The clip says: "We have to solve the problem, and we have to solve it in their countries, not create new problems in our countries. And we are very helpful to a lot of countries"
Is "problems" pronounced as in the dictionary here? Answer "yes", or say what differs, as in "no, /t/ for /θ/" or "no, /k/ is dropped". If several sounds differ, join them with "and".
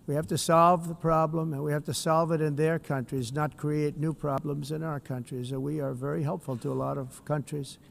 yes